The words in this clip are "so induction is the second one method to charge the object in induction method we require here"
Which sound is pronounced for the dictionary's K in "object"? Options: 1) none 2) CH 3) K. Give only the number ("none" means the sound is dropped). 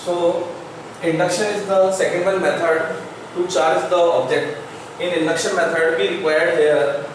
3